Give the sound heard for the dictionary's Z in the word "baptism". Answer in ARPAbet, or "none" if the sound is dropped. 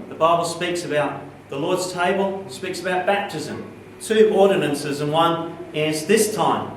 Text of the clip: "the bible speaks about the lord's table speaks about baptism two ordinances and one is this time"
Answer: Z